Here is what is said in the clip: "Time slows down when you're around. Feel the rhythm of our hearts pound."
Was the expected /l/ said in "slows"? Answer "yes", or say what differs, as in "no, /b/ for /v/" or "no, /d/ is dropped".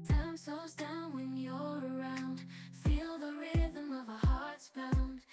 no, /l/ is dropped